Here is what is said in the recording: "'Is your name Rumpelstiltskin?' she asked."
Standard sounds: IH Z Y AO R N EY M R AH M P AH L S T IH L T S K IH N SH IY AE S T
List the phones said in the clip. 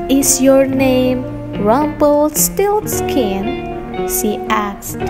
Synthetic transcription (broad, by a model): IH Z Y AO R N EY M R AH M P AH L S T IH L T S K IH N S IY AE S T